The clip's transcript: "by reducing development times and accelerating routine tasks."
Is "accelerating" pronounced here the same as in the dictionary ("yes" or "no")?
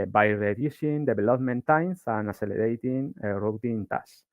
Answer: no